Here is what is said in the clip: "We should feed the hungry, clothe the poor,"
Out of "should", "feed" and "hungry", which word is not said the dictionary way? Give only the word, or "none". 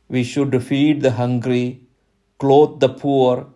none